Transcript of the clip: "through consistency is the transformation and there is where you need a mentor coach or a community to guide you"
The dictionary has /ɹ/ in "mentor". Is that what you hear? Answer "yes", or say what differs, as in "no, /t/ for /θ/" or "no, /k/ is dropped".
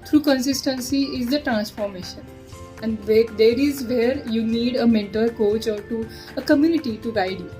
no, /l/ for /ɹ/